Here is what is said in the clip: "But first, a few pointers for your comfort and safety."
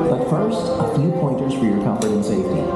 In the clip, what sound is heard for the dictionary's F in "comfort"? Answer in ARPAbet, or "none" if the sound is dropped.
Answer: P